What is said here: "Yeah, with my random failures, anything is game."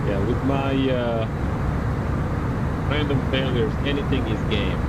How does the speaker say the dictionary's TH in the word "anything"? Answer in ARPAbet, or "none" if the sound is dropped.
TH